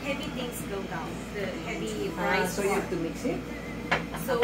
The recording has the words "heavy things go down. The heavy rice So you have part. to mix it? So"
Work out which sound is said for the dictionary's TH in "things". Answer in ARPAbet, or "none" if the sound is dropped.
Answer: T